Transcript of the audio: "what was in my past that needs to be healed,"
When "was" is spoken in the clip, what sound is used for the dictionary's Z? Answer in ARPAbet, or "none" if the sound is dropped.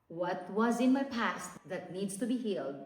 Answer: Z